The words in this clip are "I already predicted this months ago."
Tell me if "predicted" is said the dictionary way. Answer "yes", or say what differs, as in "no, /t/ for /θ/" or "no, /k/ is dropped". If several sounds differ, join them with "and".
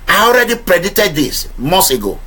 no, /k/ is dropped